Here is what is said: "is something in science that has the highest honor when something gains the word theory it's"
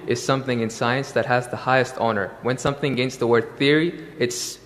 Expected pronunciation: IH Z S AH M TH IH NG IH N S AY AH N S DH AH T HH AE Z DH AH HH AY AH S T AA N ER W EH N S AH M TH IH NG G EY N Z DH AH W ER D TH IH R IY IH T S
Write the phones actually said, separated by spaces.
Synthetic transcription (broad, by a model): IH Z S AH M TH IH NG IH N S AY AH N S DH AH T HH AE Z DH AH HH AY AH S T AA N ER W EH N S AH M TH IH NG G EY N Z DH AH W ER D TH IH R IY IH T S